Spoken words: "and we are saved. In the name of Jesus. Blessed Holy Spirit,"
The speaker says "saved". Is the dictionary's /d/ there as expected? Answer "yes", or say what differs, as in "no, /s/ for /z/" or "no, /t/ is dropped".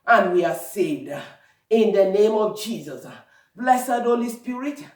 yes